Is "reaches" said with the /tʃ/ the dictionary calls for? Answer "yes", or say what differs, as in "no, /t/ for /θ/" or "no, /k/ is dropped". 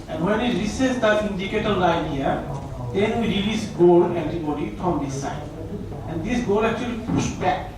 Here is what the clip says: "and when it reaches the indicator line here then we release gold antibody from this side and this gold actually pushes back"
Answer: no, /s/ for /tʃ/